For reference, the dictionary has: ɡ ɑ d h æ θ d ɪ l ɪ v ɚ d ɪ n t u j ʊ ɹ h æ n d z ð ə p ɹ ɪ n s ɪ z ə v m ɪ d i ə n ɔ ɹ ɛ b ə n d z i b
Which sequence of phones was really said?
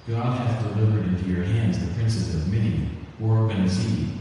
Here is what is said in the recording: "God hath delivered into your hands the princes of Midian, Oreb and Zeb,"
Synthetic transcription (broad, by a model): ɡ ɑ d h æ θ d ɪ l ɪ v ɚ d ɪ n t u j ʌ ɹ h æ n d z ð ə p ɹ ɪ n s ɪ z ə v m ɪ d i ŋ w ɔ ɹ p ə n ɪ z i